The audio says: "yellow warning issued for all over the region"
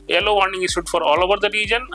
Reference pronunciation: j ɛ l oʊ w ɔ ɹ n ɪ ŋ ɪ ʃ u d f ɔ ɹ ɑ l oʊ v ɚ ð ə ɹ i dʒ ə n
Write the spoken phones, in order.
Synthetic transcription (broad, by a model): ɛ l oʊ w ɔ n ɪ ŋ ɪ s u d f ɔ ɹ ɑ l oʊ v ɚ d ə ɹ i dʒ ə n